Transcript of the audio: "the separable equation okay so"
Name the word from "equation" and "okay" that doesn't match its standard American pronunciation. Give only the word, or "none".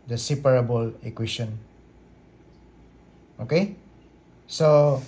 equation